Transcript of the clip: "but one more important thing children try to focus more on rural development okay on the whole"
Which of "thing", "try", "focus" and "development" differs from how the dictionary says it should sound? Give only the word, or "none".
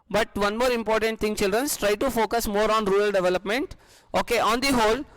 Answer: thing